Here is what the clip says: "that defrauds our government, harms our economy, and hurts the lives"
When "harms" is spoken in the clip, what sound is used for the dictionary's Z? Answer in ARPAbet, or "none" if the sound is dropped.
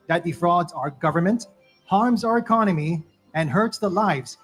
Z